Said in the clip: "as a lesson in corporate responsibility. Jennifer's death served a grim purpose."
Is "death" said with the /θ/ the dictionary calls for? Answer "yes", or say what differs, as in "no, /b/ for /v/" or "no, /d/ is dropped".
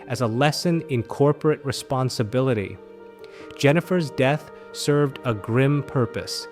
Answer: yes